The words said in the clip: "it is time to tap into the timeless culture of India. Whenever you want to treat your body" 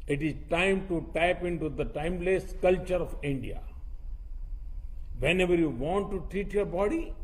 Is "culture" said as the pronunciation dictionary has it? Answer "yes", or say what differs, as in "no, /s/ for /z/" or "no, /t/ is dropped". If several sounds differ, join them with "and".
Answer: yes